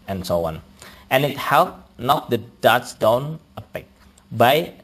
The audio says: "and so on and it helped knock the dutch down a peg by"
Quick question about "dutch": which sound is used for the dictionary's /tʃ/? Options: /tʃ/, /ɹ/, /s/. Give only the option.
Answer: /s/